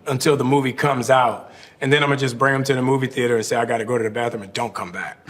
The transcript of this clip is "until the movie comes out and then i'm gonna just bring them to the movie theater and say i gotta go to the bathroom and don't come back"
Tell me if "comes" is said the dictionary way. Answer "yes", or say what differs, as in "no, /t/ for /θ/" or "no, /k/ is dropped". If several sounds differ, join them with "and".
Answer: yes